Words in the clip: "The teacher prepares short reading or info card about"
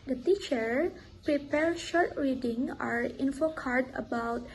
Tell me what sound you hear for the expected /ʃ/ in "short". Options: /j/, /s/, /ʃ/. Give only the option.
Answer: /ʃ/